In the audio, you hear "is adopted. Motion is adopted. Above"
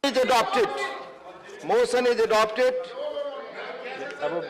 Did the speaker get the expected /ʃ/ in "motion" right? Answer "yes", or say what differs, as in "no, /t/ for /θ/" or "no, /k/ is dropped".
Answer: no, /s/ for /ʃ/